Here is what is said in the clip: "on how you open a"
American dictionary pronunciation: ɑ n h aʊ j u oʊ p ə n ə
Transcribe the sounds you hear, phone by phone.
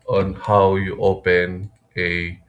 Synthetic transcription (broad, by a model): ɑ n h aʊ j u oʊ p ə n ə